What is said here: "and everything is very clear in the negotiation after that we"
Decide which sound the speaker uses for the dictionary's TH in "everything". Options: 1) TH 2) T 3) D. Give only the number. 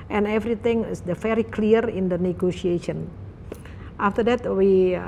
2